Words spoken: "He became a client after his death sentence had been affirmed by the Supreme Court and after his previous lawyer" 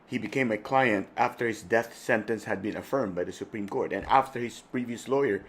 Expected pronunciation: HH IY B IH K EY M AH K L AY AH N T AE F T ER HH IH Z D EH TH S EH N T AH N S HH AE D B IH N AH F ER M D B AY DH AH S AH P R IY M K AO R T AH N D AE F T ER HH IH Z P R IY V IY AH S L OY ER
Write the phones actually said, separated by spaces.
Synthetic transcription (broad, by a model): HH IY B IH K EY M AH K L AY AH N T AE F T ER HH IH Z D EH TH S EH N T AH N S HH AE D B IH N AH F ER M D B AY DH AH S AH P R IY M K AO R T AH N AE F T ER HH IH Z P R IY V IY AH S L OY ER